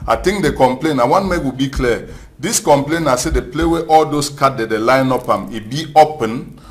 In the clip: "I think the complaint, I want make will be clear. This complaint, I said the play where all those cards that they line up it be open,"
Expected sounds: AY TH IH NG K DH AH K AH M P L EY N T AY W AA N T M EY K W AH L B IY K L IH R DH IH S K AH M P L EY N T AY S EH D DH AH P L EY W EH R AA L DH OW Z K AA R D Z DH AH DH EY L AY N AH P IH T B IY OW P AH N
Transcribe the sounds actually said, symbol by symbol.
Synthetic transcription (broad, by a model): AY T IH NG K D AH K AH M P L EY N AY W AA N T M EY K W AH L B IY K L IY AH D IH S K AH M P L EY N AY S EH D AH P L EY W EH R AA L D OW S K AA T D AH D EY L AY N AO P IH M B IY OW P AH N